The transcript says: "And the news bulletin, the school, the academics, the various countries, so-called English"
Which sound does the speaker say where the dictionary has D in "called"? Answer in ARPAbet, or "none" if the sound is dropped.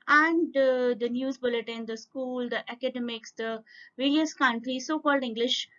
D